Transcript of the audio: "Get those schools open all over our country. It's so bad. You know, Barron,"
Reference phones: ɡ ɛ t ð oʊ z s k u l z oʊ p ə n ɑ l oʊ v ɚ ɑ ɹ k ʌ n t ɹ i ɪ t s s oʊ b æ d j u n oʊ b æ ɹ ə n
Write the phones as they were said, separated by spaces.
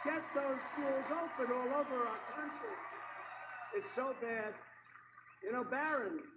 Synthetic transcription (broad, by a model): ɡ ɛ t ð oʊ z s k u l z oʊ p ə n ɑ l oʊ v ɚ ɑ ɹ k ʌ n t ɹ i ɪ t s s oʊ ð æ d j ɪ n oʊ b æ ɹ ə n